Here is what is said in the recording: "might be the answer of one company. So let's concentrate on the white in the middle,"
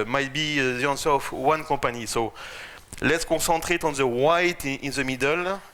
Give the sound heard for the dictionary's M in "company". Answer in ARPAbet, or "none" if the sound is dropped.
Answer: none